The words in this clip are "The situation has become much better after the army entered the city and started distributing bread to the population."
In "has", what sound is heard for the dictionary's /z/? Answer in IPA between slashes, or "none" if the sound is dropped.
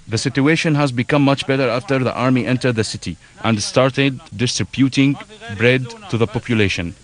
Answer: /z/